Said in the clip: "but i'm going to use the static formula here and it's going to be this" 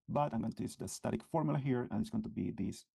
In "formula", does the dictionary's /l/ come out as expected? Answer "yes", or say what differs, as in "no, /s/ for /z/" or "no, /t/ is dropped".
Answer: yes